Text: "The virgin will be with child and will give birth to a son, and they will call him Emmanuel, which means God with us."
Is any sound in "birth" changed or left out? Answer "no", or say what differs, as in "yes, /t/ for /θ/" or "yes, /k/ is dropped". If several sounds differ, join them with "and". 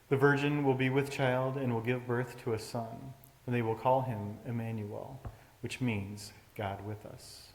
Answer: no